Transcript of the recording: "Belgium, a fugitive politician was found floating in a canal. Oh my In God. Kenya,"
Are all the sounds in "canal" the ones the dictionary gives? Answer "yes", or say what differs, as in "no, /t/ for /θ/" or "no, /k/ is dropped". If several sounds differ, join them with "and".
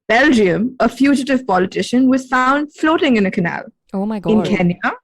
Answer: yes